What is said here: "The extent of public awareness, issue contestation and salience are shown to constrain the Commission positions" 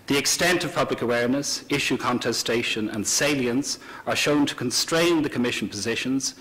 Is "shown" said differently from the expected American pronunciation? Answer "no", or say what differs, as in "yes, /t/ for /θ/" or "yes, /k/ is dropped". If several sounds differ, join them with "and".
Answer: no